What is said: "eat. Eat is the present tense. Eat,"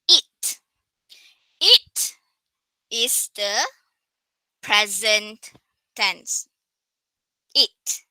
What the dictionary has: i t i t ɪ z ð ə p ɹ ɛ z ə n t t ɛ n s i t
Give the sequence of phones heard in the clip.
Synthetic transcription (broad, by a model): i t i t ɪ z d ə p ɹ ɛ z ə n t t ɛ n s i t